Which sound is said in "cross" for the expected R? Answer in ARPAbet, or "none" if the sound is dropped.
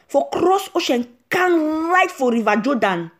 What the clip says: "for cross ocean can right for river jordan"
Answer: R